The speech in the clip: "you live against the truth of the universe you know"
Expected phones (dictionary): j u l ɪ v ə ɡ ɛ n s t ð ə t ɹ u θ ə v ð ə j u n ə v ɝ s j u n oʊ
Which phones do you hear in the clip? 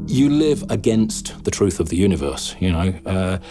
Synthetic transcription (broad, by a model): j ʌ l ɪ v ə ɡ ɛ n s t ð ə t ɹ u θ ə v ð ə j u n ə v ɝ s j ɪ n oʊ